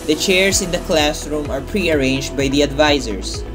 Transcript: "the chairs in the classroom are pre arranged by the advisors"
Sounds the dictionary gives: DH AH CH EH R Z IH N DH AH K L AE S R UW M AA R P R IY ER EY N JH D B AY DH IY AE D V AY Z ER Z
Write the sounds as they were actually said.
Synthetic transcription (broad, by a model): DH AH CH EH R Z IH N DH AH K L AE S R UW M AA R P R IY ER EY N JH D B AY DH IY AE D V AY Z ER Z